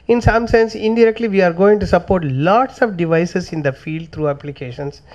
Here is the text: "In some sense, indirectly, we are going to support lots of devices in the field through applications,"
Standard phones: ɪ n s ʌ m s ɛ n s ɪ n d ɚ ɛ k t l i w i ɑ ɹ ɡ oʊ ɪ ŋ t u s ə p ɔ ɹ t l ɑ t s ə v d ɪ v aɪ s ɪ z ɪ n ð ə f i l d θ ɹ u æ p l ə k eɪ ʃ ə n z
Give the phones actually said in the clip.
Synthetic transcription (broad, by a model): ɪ n s ʌ m s ɛ n s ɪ n d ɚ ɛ k t l i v i ɑ ɹ ɡ oʊ ɪ ŋ t u s ə p ɔ ɹ t l ɑ t s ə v d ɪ v aɪ s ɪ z ɪ n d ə f i l d t ɹ u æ p l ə k eɪ ʃ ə n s